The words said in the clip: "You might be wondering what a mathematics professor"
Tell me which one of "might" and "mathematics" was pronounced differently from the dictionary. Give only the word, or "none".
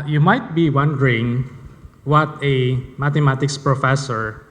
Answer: mathematics